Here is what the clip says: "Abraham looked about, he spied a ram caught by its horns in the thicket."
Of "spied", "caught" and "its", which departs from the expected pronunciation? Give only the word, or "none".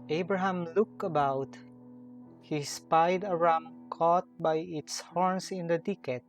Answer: none